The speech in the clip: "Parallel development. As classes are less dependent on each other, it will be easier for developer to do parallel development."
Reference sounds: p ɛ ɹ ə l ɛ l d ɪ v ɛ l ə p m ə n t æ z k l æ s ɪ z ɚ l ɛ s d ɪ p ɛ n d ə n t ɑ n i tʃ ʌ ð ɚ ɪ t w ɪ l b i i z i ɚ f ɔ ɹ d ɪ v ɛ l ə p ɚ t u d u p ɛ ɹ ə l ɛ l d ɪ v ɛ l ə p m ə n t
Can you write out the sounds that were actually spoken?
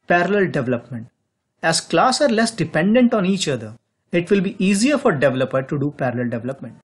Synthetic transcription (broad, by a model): p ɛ ɹ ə l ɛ l d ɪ v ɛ l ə p m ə n t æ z k l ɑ s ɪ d l ɛ s d ɪ p ɛ n d ə n t ɑ n i tʃ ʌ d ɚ ɪ t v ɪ l b i i z i ɚ f ɔ ɹ d ɪ v ɛ l ə p ɚ t u d u p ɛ ɹ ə l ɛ l d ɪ v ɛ l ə p m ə n t